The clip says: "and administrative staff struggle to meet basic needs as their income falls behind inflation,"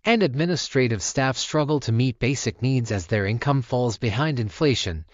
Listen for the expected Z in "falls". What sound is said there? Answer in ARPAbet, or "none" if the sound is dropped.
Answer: Z